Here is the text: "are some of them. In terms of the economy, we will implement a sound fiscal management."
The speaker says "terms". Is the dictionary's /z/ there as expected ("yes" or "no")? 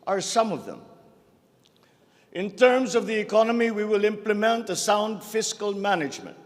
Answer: yes